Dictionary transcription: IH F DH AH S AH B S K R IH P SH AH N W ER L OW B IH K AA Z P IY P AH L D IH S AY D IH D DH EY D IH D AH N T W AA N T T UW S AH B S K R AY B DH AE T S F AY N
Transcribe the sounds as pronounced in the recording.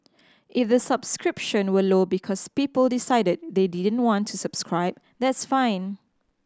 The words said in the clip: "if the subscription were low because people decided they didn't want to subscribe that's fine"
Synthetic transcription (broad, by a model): IH F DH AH S AH B S K R IH P SH AH N W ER L OW B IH K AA S P IY P AH L D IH S AY D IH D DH EY D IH D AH N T W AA N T T UW S AH B S K R AY B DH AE T S F AY N